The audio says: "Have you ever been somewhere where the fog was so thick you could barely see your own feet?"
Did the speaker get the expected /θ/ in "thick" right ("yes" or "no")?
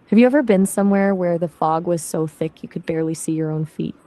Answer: yes